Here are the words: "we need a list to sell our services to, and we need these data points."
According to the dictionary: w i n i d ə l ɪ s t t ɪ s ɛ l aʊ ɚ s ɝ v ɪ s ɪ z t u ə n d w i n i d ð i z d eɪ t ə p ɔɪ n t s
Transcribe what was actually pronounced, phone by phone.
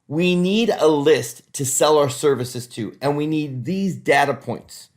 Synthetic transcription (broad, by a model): w i n i d ə l ɪ s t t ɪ s ɛ l aʊ ɚ s ɝ v ɪ s ɪ z t u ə n w i n i d ð i z d eɪ t ə p ɔɪ n t s